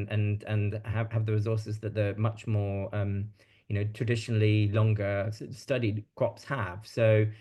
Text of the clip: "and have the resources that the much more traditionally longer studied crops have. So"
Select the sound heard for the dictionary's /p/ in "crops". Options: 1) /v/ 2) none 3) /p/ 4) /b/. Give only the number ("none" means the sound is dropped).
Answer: 3